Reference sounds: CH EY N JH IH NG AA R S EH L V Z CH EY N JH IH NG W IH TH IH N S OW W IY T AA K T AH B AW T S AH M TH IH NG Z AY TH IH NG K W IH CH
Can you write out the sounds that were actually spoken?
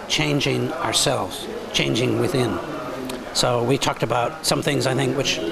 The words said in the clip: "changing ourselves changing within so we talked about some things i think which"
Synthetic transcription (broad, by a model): CH EY N JH IH NG AA R S EH L V Z CH EY N JH IH NG W IH TH IH N S OW W IY T AA K T AH B AW T S AH M TH IH NG Z AY TH IH NG K W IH CH